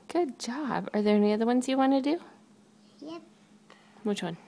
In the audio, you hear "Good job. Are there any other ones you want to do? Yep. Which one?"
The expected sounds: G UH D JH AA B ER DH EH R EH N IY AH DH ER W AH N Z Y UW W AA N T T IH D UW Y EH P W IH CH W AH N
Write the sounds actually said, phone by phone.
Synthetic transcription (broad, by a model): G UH D JH AA B ER DH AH R EH N IY AH DH ER W AH N Z Y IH W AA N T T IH D UW Y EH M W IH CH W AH N